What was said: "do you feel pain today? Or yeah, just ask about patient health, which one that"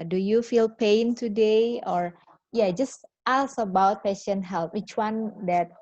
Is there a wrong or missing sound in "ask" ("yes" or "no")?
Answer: yes